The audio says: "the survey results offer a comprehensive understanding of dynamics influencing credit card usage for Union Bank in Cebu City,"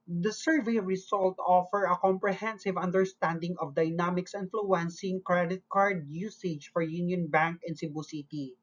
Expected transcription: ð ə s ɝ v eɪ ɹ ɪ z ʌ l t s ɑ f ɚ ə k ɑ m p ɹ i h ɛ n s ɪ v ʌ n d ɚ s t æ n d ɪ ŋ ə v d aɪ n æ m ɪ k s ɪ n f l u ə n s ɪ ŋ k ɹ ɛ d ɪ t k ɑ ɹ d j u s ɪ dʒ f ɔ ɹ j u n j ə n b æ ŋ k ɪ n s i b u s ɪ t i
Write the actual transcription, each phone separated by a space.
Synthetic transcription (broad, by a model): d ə s ɝ v eɪ ɹ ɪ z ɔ l t ɑ f ɚ ə k ɑ m p ɹ i h ɛ n s ɪ v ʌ n d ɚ s t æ n d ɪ ŋ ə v d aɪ n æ m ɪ k s ɪ n f l u ə n s ɪ ŋ k ɹ ɛ d ɪ t k ɑ ɹ d j u s ɪ dʒ f ɔ ɹ j u n j ə n b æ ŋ k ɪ n s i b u s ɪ t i